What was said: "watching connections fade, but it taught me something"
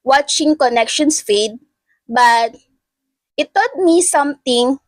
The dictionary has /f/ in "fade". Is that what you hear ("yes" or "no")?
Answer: yes